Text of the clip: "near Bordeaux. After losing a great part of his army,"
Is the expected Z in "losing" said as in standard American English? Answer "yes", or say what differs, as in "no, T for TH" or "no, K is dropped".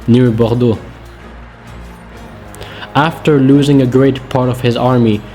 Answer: yes